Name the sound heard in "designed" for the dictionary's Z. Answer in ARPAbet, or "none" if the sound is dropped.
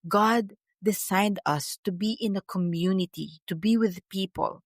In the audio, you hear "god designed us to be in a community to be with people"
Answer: S